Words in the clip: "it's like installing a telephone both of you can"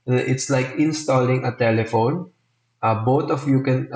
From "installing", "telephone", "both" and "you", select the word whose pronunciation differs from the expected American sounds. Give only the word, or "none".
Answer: both